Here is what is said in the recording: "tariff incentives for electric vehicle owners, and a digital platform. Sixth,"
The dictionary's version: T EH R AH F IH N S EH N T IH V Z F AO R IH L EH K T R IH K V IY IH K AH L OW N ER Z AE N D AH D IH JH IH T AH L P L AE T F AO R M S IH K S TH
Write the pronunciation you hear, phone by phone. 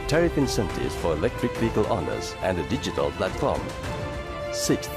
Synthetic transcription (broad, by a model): T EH R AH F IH N S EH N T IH Z F AO R IH L EH K T R IH K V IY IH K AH L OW N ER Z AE N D AH D IH JH IH T AH L P L AE T F AO R M S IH K S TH